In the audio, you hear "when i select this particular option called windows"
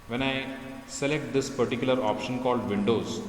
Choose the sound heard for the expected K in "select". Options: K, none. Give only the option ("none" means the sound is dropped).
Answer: K